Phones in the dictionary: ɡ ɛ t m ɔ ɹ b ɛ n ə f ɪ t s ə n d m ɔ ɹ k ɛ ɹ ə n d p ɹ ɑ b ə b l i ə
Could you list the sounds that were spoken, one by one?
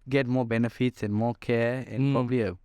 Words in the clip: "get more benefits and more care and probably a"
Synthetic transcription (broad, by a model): ɡ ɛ t m ɔ b ɛ n ə f ɪ t s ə n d m ɔ k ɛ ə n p ɹ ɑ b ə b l i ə